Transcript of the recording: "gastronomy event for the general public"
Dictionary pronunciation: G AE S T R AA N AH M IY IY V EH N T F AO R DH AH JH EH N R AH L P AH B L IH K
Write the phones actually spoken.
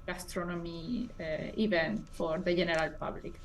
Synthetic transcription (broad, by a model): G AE S T R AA N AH M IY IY B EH N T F AO R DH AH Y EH N R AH L P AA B L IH K